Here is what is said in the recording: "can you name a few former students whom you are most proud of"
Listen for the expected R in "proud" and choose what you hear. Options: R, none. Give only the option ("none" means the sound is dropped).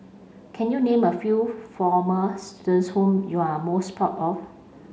none